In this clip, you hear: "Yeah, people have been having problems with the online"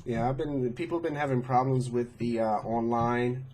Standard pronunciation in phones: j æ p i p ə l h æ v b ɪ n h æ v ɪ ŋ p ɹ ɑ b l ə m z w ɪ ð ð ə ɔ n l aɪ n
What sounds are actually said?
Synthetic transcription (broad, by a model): j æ b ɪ p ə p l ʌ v b ɪ n h æ v ɪ ŋ p ɹ ɑ b l ə m z w ɪ ð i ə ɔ n l aɪ n